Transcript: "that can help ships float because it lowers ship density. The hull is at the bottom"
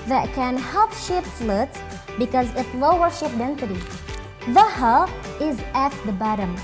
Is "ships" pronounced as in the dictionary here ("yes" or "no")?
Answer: no